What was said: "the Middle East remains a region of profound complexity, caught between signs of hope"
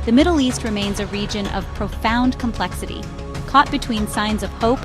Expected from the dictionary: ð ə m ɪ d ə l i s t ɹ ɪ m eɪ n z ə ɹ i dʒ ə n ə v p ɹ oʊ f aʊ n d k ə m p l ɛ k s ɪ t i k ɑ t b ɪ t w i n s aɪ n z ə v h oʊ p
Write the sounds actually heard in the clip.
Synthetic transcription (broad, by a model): ð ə m ɪ d l i s t ɹ ɪ m eɪ n z ə ɹ i dʒ ə n ə v p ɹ oʊ f aʊ n k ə m p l ɛ k s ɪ t i k ɑ t b ɪ t w i n s aɪ n z ə v h oʊ p